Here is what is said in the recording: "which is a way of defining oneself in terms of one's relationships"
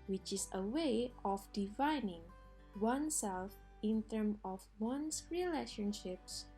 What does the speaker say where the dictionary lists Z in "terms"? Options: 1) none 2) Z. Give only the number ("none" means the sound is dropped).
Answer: 1